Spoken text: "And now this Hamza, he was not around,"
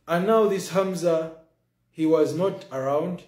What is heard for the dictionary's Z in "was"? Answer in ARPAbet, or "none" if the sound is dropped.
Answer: Z